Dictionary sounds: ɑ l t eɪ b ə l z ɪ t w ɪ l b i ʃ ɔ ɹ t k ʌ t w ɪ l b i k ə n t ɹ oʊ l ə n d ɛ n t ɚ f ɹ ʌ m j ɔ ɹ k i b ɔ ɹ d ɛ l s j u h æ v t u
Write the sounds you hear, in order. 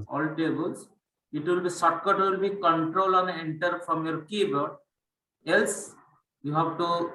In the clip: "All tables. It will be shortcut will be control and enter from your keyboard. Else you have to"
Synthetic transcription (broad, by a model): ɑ l t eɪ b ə l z ɪ t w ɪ l b i s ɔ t k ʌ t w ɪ l b i k ə n t ɹ oʊ l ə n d ɛ n t ɚ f ɹ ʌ m j ɔ ɹ k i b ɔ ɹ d ɛ l s j u h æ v t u